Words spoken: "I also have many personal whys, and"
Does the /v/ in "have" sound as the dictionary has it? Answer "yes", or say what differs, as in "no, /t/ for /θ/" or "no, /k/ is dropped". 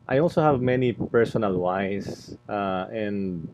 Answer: yes